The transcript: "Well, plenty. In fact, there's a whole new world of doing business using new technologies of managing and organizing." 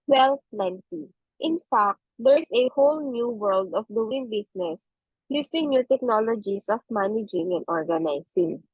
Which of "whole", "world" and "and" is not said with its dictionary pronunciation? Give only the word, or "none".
none